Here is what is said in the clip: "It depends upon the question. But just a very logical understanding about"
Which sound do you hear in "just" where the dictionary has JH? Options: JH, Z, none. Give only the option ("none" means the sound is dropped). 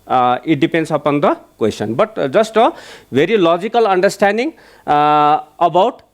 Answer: Z